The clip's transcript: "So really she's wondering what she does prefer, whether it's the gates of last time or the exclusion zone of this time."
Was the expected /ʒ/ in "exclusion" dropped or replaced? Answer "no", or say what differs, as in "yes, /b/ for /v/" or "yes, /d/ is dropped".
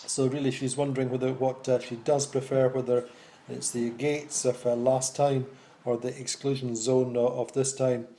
no